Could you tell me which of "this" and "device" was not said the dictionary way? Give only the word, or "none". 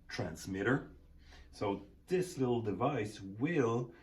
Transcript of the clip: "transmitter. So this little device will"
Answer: none